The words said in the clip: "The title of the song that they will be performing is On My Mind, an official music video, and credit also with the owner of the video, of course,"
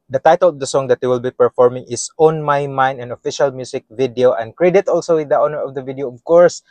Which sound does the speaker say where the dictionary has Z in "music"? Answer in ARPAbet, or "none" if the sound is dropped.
S